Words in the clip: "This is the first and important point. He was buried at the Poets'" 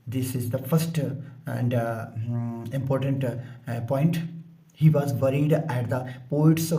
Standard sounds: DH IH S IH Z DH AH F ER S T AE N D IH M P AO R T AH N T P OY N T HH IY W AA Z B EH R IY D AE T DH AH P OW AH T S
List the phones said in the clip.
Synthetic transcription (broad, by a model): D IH S IH Z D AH F ER S T AE N D IH M P AO R T AH N T P OY N T HH IY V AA Z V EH R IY D AE T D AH P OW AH T S